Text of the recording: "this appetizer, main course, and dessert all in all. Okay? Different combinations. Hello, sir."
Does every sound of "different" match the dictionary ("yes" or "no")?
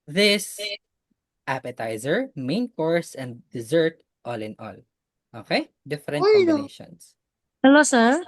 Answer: no